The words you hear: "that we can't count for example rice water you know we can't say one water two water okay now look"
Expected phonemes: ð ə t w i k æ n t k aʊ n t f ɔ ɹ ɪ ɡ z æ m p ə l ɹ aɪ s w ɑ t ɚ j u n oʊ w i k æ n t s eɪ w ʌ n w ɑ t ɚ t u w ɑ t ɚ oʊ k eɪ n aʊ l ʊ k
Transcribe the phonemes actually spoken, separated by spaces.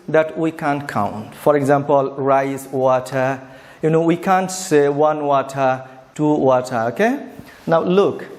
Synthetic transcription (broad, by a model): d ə t w i k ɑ n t k aʊ n t f ɔ ɹ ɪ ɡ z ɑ m p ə l ɹ aɪ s w ɑ t ɚ j u n oʊ w i k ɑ n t s eɪ w ʌ n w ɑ t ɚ t u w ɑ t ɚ oʊ k eɪ n aʊ l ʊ k